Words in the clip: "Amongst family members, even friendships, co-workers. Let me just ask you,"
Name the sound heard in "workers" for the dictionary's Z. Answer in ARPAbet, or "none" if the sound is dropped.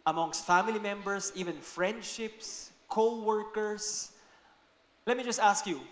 S